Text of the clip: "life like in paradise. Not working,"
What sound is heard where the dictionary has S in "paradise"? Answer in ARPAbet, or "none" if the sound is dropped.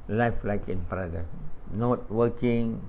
none